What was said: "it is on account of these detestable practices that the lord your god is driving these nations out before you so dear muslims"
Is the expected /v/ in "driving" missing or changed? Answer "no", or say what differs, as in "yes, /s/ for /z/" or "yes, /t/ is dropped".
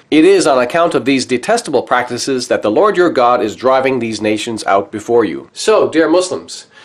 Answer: no